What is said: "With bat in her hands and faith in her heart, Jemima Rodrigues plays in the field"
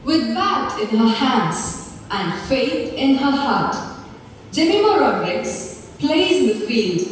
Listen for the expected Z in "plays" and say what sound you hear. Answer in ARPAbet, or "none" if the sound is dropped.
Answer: none